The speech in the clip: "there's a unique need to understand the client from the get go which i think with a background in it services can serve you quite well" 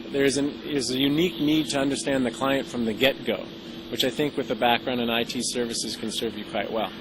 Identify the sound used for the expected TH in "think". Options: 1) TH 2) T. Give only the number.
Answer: 1